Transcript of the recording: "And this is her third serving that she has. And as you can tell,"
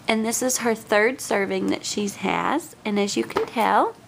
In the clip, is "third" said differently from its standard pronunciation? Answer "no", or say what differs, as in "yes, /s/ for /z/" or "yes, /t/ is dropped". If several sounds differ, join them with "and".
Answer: no